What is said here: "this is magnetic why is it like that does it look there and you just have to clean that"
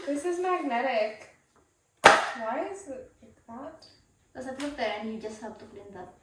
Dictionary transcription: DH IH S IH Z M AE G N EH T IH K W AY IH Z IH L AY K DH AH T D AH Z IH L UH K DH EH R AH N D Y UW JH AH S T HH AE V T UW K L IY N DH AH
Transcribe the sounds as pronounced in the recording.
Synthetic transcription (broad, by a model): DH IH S IH Z M AE G N EH T IH K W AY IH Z IH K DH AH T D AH S IH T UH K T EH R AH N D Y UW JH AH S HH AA B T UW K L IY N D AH